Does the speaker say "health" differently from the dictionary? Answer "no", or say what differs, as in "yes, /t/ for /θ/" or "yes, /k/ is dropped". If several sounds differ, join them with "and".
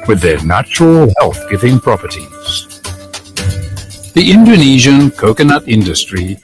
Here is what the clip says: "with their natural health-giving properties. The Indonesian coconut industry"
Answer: no